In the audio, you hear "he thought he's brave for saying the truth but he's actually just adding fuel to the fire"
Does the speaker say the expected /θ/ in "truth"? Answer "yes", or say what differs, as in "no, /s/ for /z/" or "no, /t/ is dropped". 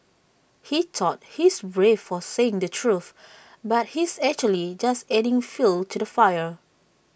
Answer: yes